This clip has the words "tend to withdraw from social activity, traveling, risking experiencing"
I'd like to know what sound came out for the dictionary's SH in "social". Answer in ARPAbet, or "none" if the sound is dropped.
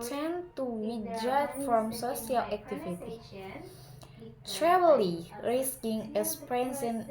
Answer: S